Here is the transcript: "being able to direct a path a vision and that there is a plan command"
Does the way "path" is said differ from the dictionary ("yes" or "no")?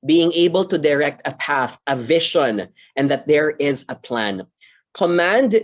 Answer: no